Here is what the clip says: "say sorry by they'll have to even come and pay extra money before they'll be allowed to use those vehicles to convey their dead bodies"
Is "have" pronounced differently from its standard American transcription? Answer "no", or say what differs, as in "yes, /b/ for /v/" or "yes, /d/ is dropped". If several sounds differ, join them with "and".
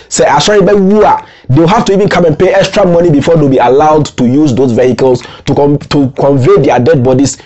yes, /f/ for /v/